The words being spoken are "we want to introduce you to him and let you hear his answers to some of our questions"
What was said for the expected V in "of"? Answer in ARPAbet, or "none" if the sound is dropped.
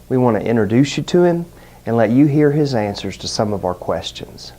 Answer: V